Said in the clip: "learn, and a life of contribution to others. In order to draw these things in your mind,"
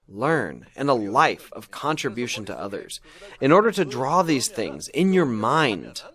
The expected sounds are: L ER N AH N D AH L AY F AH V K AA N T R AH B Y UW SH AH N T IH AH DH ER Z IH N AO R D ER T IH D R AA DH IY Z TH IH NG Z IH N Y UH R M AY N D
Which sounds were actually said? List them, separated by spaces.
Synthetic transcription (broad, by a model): L ER N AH N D AH L AY F AH V K AA N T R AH B Y UW SH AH N T IH AH DH ER Z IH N AO R D ER T IH D R AA DH IY Z TH IH NG Z IH N Y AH R M AY N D